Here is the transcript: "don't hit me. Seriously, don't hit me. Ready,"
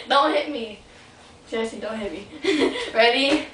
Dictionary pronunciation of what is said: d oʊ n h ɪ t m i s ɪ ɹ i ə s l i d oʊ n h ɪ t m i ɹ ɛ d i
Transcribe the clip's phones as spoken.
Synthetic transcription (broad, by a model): d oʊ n h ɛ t m i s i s i d oʊ n h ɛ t m i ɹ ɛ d i